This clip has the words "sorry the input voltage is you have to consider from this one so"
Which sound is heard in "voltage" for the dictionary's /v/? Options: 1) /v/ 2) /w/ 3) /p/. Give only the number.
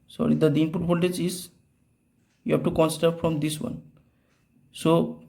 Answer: 3